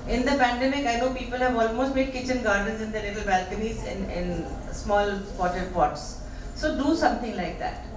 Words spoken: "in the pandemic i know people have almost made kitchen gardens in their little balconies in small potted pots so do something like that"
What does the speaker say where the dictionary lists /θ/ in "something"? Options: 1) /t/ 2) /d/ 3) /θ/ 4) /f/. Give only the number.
1